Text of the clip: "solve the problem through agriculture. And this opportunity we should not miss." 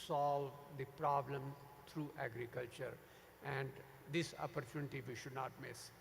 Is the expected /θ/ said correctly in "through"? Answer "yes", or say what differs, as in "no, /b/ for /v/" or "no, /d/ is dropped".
no, /t/ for /θ/